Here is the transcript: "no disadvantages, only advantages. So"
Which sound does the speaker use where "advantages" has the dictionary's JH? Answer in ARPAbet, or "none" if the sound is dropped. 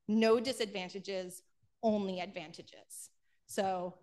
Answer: JH